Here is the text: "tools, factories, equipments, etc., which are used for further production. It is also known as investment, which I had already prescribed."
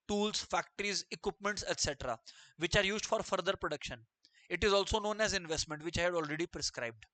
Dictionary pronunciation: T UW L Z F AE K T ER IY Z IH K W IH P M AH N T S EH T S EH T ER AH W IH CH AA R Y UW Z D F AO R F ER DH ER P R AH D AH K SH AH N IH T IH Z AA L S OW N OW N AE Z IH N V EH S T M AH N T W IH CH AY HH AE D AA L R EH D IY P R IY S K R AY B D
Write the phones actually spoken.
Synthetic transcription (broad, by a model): T UW L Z F AE K T ER IY Z IH K W IH P M AH N T S EH T S EH T ER AH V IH CH AA R Y UW Z D F AO R F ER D ER P R AH D AH K SH AH N IH T IH Z AA L S OW N OW N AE Z IH N V EH S T M AH N T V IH CH AY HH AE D AA L R EH D IY P R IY S K R AY B D